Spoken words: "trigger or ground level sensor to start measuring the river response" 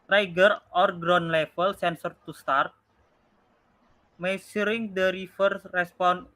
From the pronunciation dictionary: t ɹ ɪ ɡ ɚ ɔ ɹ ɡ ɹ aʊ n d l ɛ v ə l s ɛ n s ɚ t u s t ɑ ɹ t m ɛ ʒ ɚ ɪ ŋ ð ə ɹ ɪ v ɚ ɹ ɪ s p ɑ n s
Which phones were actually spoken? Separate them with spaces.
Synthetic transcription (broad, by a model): t ɹ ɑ ɡ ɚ ɔ ɹ ɡ ɹ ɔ n l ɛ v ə l s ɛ n s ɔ t u s t ɑ ɹ t m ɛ s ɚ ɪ ŋ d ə ɹ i f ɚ ɹ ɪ s p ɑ n